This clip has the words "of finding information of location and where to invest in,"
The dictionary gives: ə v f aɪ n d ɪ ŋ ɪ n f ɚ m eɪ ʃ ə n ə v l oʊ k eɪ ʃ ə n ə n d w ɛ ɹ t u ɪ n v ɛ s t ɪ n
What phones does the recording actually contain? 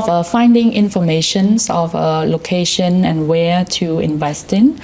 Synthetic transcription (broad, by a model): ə f aɪ n d ɪ ŋ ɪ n f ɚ m eɪ ʃ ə n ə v l oʊ k eɪ ʃ ə n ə n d w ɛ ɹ t u ɪ n v ɛ s t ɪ n